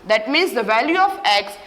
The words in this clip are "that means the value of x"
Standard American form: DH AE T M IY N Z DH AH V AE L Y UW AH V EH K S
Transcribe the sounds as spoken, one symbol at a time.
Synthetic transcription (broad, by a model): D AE T M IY N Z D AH V AE L Y UW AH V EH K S